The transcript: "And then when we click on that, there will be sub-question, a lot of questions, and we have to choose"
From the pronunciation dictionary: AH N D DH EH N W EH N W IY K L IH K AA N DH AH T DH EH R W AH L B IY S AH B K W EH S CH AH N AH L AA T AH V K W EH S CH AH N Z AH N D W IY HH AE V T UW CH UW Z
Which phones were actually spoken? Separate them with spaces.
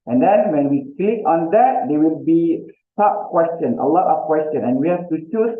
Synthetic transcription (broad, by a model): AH N D EH N W EH N W IY K L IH K AA N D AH T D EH W AH L B IY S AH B K W EH S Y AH N AH L AA T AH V K W EH S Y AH N AH N W IY HH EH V T UW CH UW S